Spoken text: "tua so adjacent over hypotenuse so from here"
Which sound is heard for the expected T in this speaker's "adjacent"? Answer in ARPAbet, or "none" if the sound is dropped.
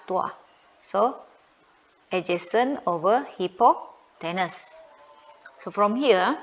none